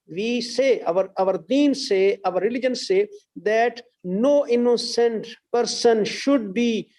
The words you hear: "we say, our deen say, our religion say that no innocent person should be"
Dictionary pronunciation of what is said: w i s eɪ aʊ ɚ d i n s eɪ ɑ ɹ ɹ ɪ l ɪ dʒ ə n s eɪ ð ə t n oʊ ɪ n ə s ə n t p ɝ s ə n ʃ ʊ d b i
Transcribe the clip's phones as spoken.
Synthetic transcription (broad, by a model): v i s eɪ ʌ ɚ d i n s eɪ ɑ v ɹ ɪ l ɪ dʒ ə n s eɪ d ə t n oʊ ɪ n ə s ə n t p ɝ s ə n ʃ ʊ d b i